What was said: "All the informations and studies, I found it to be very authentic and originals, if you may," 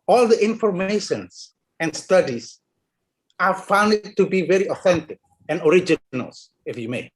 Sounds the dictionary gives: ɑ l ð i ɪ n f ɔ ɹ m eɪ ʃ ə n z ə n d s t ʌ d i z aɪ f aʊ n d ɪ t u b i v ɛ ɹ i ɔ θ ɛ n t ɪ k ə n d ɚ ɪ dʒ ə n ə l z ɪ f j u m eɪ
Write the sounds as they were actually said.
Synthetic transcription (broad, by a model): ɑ l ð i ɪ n f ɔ ɹ m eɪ ʃ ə n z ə n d s t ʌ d i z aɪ f aʊ n d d t u b i v ɛ ɹ i ɔ θ ɛ n t ɪ k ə n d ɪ dʒ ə n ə l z ɪ f j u m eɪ